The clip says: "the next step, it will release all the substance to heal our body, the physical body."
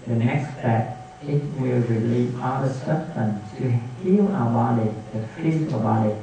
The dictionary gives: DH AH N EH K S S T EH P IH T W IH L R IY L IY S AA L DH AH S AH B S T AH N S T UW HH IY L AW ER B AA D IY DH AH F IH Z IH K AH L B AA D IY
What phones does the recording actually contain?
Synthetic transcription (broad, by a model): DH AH N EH K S S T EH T IH T W IH L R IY L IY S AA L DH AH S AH S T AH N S T UW HH IY L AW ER B AA D IY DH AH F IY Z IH AH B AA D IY